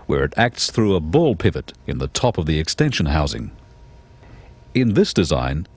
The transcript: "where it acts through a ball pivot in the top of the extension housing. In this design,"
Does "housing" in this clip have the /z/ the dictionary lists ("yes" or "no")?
yes